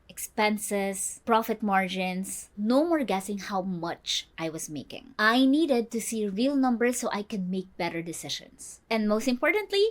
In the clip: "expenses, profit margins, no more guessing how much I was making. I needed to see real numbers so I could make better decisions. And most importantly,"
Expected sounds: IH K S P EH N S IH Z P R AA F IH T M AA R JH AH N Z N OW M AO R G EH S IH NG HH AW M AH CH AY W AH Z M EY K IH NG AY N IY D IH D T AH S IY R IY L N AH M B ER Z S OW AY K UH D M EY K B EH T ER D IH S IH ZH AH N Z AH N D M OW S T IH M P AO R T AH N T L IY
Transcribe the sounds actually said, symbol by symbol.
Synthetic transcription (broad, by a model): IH K S P EH N S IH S P R AA F IH T M AA R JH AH N S N OW M AO R G EH S IH NG HH AW M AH CH AY W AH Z M EY K IH NG AY N IY D IH D T AH S IY R IY L N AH M B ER S OW AY K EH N M EY K B EH T ER D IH S IH SH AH N S AH N D M OW S T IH M P AO R T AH N T L IY